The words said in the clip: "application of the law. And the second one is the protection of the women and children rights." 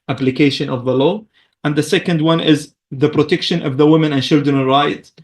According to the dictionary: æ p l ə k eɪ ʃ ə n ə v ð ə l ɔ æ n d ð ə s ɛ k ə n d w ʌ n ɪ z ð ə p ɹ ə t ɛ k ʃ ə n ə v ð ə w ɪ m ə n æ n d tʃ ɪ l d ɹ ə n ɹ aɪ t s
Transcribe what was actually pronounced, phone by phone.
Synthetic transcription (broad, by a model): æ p l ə k eɪ ʃ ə n ə v ð ə l ɔ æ n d ð ə s ɛ k ə n d w ʌ n ɪ z ð ə p ɹ ə t ɛ k ʃ ə n ə v ð ə w ɪ m ə n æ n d tʃ ɪ l d ɹ ə n ɹ aɪ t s